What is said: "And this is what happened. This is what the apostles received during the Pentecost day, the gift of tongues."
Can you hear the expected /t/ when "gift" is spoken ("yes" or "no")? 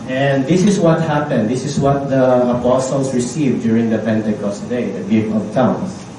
no